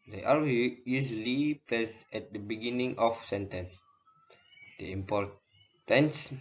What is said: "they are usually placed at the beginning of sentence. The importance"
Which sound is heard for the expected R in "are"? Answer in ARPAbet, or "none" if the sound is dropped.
W